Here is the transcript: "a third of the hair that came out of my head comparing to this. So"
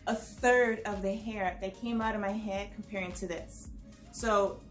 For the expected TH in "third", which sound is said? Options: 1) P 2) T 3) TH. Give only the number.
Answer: 3